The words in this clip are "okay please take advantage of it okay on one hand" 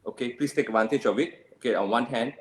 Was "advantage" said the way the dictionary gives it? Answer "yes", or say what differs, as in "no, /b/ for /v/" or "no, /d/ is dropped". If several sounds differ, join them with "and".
no, /tʃ/ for /dʒ/